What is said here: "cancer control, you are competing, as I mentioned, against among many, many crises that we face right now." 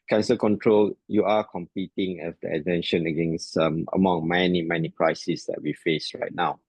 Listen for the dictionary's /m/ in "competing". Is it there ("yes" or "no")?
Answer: yes